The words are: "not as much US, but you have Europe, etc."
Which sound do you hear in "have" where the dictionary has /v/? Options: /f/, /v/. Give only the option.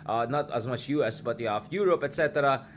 /f/